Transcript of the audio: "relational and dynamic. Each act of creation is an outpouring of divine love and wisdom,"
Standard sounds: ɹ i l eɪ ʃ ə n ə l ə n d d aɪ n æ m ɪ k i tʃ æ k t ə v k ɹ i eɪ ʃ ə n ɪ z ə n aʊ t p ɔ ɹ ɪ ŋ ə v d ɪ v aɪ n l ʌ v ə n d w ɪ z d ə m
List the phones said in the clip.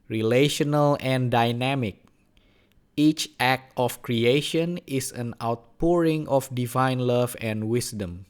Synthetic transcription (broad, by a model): ɹ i l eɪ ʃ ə n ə l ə n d d aɪ n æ m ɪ k i tʃ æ k t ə f k ɹ i eɪ ʃ ə n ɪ s ə n aʊ t p ɔ ɹ ɪ ŋ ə f d ɪ v aɪ n l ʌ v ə n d w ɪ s d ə m